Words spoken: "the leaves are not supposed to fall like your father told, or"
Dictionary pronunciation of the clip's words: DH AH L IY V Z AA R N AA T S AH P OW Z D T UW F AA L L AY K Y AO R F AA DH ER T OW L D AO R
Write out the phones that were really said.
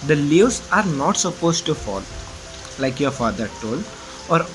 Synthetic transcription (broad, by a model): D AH L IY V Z AA R N AA T S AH P OW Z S T UW F AA L L AY K Y AO R F AA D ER T OW L D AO R